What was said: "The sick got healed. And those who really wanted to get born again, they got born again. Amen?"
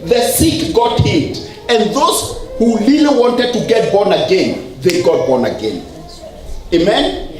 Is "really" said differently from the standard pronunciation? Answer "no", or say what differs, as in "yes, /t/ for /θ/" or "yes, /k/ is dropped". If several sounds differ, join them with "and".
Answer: yes, /l/ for /ɹ/